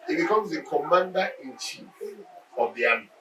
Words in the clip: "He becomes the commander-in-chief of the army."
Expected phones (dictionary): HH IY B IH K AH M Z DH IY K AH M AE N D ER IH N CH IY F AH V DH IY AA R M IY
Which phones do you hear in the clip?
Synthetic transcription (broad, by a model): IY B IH K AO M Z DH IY K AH M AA N D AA IH N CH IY AH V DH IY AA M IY